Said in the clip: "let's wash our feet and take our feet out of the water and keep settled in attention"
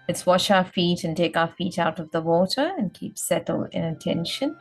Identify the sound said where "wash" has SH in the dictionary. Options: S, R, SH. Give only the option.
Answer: SH